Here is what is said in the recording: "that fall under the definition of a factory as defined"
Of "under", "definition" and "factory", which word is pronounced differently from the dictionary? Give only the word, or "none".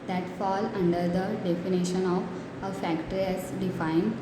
none